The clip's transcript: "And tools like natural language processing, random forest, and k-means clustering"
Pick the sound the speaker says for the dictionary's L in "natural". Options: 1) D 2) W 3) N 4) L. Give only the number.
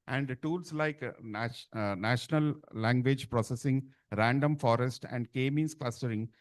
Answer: 3